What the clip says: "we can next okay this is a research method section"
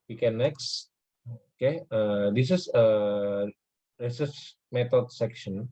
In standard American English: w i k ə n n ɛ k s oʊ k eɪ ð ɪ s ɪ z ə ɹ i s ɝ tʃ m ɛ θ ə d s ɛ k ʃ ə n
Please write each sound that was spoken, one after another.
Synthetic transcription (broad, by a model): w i k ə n n ɛ k s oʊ k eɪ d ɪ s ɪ s ə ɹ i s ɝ s m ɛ t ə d s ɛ k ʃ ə n